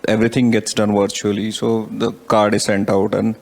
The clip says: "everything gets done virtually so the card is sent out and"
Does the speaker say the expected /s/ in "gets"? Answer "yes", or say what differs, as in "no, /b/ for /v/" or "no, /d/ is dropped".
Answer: yes